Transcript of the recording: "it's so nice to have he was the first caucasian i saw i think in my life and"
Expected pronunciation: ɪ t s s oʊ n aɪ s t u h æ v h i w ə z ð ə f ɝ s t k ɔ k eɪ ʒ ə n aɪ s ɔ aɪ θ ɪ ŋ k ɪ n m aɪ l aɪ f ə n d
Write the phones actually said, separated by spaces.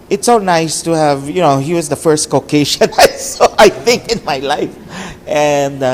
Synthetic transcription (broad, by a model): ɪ t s s oʊ n aɪ s t u h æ v h i w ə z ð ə f ɝ s t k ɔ k eɪ ʃ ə n aɪ s ɔ aɪ θ ɪ ŋ k ɪ n m aɪ l aɪ f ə n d